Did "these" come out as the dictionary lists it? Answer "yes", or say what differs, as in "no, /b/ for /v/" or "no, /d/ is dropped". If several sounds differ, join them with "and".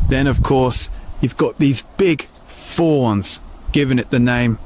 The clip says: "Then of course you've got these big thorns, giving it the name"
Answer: yes